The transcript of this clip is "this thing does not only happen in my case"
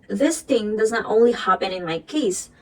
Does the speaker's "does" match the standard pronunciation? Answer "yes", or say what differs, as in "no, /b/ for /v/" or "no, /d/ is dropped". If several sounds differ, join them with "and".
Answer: yes